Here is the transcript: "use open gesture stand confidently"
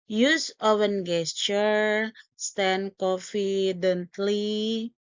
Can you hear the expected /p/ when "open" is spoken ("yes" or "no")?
no